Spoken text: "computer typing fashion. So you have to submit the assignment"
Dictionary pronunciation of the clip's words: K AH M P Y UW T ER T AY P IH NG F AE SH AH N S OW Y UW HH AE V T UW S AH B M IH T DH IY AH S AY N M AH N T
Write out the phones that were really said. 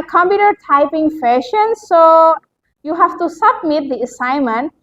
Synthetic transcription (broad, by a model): K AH M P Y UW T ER T AY P IH NG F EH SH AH N S OW Y UW HH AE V T UW S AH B M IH T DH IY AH S AY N M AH N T